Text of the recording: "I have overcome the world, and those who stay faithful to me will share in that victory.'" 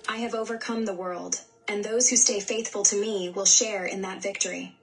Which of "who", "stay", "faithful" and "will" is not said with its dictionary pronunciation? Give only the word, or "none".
none